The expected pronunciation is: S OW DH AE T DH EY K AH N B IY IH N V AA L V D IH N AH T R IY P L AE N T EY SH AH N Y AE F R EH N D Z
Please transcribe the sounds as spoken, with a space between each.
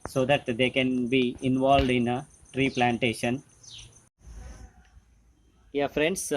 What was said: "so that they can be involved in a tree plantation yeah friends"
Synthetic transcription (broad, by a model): S OW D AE T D EY K AH N B IY IH N V AA L V D IH N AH T R IY P L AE N T EY SH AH N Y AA F R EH N D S